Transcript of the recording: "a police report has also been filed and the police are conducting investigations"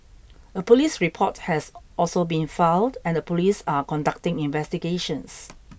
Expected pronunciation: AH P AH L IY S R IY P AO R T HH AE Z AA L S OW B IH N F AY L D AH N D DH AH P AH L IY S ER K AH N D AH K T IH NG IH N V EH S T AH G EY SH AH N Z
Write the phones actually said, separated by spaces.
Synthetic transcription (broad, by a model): AH P AH L IY S R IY P AO T HH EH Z AA L S OW B IH N F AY D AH N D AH P AH L IY S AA K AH N D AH K T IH NG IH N V EH S T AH G EY SH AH N S